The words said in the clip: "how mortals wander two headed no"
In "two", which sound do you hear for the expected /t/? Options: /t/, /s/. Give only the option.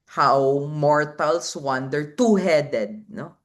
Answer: /t/